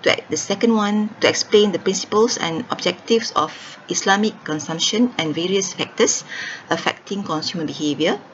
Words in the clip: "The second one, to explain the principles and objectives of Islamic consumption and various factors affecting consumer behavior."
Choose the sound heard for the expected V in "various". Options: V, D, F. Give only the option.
V